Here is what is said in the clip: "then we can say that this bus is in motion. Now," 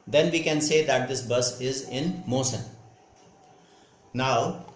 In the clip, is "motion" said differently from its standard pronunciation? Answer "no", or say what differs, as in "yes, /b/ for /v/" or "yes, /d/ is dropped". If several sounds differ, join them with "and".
yes, /s/ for /ʃ/